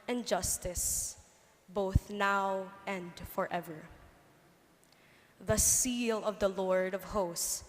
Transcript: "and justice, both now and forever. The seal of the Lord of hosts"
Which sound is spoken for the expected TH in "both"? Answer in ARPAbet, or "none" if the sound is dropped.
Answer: TH